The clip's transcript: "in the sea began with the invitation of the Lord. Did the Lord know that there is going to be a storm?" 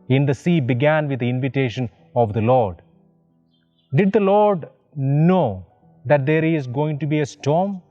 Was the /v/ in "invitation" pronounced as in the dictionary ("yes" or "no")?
yes